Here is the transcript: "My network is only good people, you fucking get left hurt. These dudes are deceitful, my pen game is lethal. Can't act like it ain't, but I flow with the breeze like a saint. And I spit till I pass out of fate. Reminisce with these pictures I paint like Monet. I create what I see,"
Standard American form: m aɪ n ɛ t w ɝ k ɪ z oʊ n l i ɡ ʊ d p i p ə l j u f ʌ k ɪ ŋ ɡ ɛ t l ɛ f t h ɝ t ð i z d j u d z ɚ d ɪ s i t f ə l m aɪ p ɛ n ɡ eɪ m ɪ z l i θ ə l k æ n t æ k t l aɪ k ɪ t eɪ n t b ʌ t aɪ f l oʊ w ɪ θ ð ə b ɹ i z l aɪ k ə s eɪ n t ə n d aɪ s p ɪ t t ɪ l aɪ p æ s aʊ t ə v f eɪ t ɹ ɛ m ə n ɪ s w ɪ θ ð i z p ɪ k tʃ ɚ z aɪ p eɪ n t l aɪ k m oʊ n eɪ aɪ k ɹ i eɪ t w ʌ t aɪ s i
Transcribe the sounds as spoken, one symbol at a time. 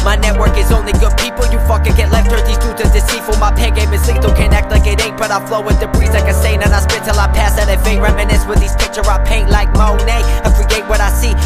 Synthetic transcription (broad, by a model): m aɪ n ɛ t w ɝ k ɪ z oʊ n l i ɡ ʊ d p i p l j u f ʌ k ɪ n ɡ ɛ t l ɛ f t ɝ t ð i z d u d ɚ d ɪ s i f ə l m aɪ p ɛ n ɡ eɪ m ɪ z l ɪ t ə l k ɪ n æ k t l aɪ k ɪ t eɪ t b ʌ t aɪ f l oʊ w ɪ ð ə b ɹ i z l aɪ k ə s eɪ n ə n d aɪ s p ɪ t t ɪ l aɪ p æ s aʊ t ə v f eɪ ɹ ɛ m ə n ɪ s w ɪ ð i z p ɪ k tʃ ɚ aɪ p eɪ n t l aɪ k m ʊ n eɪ aɪ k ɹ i eɪ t w ʌ t aɪ s i